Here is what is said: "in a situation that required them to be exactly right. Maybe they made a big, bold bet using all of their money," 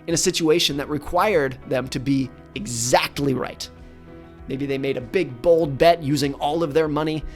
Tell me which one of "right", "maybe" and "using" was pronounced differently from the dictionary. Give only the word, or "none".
none